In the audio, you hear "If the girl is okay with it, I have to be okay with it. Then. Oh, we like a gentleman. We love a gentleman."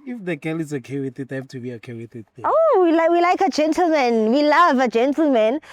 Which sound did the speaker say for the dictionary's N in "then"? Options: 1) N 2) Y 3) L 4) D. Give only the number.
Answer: 3